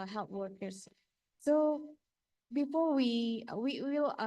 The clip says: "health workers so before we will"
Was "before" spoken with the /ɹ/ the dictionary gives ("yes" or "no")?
no